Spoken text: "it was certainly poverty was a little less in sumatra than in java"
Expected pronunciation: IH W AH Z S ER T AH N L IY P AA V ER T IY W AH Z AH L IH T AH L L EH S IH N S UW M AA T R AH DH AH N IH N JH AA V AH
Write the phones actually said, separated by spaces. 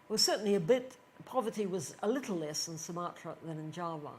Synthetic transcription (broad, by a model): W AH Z S ER T N L IY P AA V ER T IY W AH Z AH L IH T L L EH S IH N S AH M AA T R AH DH AH N IH N JH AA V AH